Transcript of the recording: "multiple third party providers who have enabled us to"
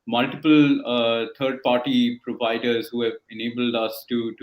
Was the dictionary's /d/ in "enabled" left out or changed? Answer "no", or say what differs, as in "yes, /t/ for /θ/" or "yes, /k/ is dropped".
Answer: no